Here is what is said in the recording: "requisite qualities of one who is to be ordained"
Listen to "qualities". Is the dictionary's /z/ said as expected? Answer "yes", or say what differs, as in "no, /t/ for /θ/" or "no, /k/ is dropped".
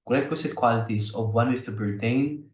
no, /s/ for /z/